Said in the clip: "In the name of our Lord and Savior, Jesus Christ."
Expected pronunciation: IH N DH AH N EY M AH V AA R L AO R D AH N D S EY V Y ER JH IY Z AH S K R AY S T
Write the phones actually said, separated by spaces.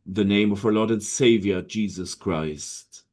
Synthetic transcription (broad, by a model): DH AH N EY M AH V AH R L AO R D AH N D S EY V Y ER JH IY Z AH S K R AY S T